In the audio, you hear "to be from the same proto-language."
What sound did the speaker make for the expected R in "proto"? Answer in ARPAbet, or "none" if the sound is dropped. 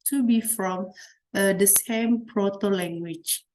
R